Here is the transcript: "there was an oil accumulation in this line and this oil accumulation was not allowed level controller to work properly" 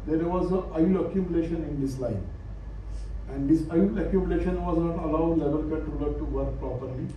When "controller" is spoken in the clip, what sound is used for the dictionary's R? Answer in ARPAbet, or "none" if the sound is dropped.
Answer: none